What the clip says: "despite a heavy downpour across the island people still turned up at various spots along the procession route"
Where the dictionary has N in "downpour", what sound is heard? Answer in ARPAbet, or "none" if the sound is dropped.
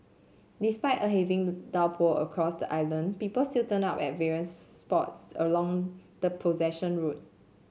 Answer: L